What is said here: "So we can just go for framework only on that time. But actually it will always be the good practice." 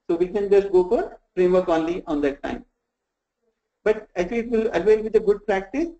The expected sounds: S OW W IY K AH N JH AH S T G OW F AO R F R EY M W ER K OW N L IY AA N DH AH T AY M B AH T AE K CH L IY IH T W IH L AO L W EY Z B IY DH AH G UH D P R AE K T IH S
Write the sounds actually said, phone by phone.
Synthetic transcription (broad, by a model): S OW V IY K AH N JH AH S T G OW F AO R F R EY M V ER K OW N L IY AA N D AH T AY M B AH T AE CH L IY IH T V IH L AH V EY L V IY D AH G UH D P R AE K T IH S